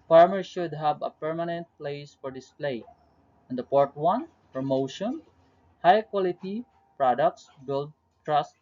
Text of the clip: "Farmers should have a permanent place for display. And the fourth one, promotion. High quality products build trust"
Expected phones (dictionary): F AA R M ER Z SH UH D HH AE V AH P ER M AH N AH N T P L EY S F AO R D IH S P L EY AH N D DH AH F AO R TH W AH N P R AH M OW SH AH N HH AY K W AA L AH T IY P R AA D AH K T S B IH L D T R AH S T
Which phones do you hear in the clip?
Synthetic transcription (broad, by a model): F AA R M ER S SH UH D HH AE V AH P ER M AH N AH N T P L EY S F AO R D IH S P L EY AH N D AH P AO R T W AH N P R AH M OW SH AH N HH AY K W AA L AH T IY P R AA D AH K T S B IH L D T R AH S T